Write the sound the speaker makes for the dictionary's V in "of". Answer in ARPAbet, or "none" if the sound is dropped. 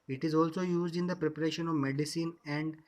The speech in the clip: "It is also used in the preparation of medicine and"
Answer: V